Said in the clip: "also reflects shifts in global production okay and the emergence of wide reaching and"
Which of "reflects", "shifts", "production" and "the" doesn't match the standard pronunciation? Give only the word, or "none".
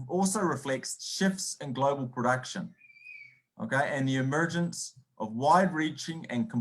none